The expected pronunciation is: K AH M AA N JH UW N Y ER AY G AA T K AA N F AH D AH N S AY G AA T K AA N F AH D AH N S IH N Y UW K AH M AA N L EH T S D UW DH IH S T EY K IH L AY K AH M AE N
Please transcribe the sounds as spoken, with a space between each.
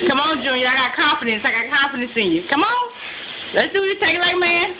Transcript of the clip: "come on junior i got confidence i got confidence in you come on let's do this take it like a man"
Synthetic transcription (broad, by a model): K AH M AA N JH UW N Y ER AY G AA T K AA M F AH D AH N S AY G AA T K AA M F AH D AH N S IH N Y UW K AH M AA N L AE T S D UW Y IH T EY K L AY K M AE N